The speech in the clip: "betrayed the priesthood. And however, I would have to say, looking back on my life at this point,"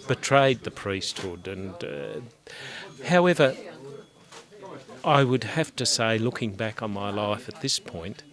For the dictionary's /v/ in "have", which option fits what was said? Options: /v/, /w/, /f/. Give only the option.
/f/